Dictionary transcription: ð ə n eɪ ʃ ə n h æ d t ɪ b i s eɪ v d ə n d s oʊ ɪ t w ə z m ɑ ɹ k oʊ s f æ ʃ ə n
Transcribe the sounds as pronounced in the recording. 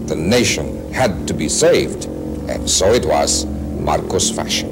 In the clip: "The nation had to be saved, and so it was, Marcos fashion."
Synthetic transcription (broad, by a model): ð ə n eɪ ʃ ə n h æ d t ɪ b i s eɪ v d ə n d s oʊ ɪ t w ə z m ɑ ɹ k oʊ s f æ ʃ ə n